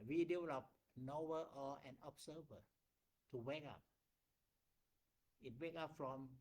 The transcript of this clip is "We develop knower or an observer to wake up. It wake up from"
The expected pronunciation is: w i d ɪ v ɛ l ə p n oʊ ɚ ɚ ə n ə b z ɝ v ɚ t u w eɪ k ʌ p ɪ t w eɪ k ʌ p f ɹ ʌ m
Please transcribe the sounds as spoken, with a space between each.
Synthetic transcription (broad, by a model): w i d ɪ ɔ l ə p n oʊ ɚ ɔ ə n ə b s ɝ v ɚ t u w eɪ k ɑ p ɪ t w eɪ k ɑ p f ɹ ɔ m